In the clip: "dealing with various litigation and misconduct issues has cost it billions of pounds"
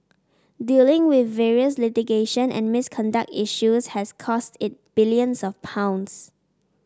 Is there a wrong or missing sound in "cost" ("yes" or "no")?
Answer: no